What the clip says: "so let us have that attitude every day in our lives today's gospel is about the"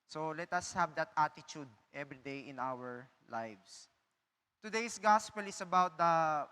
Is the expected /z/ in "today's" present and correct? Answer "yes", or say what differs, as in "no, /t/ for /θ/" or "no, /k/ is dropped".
no, /s/ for /z/